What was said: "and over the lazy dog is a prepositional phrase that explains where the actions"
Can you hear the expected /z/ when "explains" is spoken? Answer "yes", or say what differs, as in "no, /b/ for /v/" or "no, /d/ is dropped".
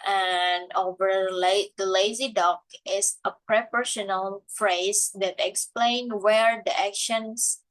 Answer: no, /z/ is dropped